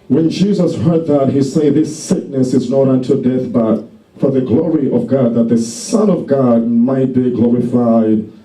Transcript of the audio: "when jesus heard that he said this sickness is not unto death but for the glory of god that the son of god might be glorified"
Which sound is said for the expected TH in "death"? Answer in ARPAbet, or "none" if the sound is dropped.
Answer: TH